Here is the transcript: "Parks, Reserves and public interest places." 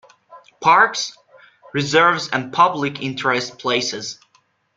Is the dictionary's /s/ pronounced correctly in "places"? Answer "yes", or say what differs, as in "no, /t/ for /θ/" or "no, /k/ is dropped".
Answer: yes